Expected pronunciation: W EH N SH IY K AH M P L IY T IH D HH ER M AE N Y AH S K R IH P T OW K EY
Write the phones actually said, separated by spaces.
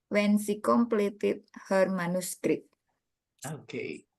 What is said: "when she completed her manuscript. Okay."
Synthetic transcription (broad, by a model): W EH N S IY K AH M P L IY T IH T HH ER M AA N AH S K R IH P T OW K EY